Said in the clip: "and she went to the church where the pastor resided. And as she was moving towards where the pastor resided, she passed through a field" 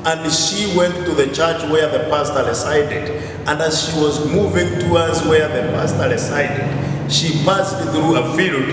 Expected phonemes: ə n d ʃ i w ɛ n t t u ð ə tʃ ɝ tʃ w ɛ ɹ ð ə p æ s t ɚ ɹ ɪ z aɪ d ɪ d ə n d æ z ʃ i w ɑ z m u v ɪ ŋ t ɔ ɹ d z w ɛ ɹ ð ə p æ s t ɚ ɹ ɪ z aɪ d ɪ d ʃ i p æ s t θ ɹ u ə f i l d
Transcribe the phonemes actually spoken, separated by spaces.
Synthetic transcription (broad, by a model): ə n d ʃ i w ɛ n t t u ð ə tʃ ɝ tʃ w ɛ ɹ ð ə p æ s t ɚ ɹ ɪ s aɪ d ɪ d ə n d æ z ʃ i w ɑ z m u v ɪ ŋ t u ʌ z w ɛ ɹ ð ə p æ s t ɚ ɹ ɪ s aɪ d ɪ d ʃ i f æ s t θ ɹ u ə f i l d